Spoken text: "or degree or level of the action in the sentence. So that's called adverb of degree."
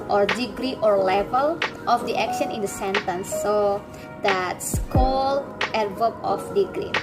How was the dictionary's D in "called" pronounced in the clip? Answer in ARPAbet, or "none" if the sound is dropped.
none